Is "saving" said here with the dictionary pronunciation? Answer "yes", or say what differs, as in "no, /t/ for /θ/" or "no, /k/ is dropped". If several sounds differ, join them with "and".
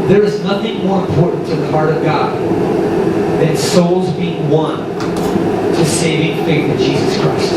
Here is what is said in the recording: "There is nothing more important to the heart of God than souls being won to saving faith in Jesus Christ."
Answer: yes